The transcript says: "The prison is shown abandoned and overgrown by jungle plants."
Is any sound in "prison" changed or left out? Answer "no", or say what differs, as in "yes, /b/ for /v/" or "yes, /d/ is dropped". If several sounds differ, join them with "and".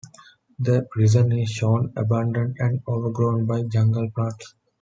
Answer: no